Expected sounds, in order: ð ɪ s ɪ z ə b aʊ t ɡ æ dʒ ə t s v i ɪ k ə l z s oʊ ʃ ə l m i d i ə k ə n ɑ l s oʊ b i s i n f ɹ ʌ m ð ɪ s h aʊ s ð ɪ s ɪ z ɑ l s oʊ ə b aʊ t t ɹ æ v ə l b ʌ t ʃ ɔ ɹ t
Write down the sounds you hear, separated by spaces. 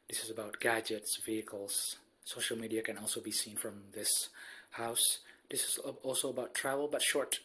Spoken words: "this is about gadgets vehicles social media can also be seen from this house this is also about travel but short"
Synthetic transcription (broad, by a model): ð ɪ s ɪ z ə b aʊ t ɡ æ dʒ ə t s v i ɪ k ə l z s oʊ ʃ ə l m i d i ə k ə n ɑ l s oʊ b i s i n f ɹ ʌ m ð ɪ s h aʊ s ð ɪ s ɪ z ɑ l s oʊ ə b aʊ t t ɹ æ v ə l b ʌ t ʃ ɔ ɹ t